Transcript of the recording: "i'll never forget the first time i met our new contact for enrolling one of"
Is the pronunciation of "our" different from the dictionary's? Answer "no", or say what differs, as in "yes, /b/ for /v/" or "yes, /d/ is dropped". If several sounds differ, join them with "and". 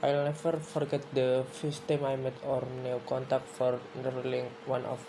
no